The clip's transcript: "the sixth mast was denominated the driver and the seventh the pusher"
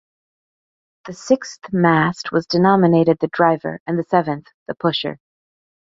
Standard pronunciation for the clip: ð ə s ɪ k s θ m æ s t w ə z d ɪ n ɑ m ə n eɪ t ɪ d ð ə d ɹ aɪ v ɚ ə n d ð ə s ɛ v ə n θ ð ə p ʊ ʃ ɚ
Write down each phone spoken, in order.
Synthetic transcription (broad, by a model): ð ə s ɪ k s θ m æ s t w ə z d ɪ n ɑ m ə n eɪ t ɪ d ð ə d ɹ aɪ v ɚ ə n ð ə s ɛ v ə n θ ð ə p ʊ ʃ ɚ